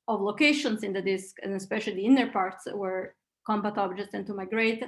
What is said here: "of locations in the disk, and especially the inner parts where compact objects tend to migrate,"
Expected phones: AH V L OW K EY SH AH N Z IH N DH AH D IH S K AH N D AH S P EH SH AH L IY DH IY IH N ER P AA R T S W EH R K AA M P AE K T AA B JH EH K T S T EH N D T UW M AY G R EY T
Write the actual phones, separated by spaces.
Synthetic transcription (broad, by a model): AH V L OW K EY SH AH N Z IH N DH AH D IH S K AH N AH S P EH SH AH L IY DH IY IH N ER P AA R T S W EH R K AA M B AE T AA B JH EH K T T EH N T UW M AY G R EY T